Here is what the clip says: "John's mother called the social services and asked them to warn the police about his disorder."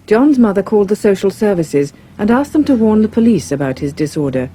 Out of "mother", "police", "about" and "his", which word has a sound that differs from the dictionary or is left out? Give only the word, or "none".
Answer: none